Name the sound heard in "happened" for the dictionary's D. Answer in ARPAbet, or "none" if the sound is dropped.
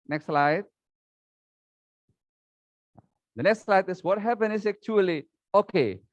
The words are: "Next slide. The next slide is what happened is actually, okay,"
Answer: none